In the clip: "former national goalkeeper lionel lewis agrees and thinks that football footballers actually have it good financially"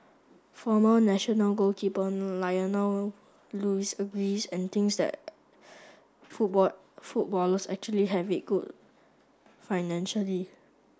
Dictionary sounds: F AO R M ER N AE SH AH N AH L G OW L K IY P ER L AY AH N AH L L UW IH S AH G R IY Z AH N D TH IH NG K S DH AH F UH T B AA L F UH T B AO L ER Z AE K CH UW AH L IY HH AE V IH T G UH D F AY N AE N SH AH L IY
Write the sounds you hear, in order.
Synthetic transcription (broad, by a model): F AO M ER N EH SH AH N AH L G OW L K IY P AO L AY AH N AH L L UW IH S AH G R IY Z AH N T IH NG S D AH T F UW F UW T B AO L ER S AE K CH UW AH L IY HH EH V IH T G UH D F AY N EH N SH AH L IY